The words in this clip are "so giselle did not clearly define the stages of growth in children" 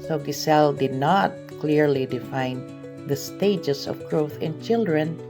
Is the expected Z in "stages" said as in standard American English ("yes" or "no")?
no